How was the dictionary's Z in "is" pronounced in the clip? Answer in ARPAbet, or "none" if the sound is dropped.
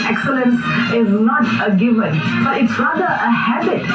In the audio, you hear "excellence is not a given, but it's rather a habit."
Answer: Z